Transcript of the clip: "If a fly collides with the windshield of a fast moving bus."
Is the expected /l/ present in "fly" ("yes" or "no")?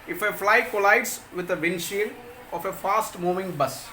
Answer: yes